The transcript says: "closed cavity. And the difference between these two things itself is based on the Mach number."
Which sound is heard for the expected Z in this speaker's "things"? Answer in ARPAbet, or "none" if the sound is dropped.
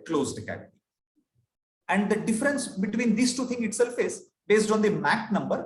none